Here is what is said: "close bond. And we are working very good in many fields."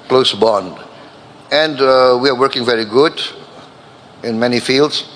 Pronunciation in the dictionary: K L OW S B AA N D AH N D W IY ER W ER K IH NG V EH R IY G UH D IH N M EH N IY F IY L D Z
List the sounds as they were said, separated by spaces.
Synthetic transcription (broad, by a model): K L OW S B AA N D AH N D W IY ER W ER K IH NG V EH R IY G UH D IH N M EH N IY F IY L D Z